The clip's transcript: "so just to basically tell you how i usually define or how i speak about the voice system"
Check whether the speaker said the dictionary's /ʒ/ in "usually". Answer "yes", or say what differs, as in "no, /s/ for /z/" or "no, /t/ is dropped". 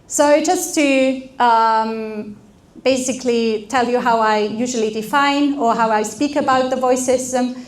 yes